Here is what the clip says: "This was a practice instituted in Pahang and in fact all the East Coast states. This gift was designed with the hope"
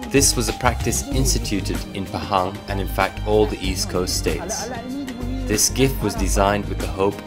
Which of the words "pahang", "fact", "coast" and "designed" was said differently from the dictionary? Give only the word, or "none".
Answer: none